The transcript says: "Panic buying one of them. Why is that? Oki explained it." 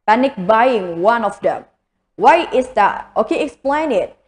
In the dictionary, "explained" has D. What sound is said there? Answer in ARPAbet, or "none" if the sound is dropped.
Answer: none